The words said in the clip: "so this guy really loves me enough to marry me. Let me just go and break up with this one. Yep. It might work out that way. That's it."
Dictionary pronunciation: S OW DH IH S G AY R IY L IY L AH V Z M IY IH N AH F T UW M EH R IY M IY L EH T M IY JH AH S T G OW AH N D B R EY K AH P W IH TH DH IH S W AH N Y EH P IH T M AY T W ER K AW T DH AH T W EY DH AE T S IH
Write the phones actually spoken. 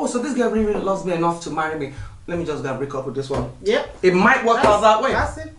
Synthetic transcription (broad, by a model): S OW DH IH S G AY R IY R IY L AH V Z M IY IH N AH F T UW M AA R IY M IY L EH T M IY JH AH S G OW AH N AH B R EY K AH P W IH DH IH S W AH N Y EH IH T M AY T W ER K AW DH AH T W EY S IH